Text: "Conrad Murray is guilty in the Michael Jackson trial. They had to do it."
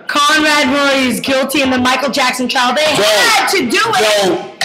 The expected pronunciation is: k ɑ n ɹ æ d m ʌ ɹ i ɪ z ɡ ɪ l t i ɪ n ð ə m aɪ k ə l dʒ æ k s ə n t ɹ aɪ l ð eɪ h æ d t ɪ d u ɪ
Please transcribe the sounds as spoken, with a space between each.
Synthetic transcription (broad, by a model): k ɑ n ɹ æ d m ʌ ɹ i ɪ z ɡ ɪ l t i ɪ n ð ə m aɪ k l dʒ æ k s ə n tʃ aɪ l ð eɪ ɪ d t ɪ d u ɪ